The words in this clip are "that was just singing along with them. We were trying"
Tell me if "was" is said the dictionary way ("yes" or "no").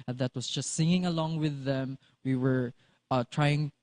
no